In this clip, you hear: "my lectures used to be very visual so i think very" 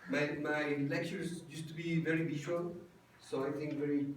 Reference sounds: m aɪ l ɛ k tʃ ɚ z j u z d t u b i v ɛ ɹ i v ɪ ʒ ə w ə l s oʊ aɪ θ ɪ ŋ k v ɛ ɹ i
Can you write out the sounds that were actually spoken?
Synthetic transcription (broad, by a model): m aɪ l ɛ k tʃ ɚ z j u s t u b i v ɛ ɹ i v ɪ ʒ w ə l s oʊ aɪ t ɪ ŋ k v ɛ ɹ i